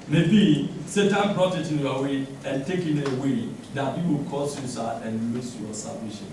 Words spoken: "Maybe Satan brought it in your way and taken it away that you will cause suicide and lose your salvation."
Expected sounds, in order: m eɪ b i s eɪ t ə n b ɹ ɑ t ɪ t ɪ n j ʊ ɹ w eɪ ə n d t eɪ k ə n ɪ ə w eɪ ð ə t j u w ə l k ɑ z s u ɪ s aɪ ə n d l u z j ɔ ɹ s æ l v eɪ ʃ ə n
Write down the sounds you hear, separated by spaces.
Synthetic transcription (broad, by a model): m eɪ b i s eɪ t ə n b ɹ ɑ t ɪ t ɪ n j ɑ w eɪ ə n t eɪ k ə n ɪ w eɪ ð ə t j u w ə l k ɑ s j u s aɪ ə n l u s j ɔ s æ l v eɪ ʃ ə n